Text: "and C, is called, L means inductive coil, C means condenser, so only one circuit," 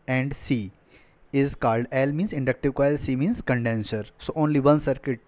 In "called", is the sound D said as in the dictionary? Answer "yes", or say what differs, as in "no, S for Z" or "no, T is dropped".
yes